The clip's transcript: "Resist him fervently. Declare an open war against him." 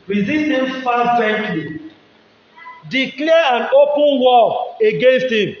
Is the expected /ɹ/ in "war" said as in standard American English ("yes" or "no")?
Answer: no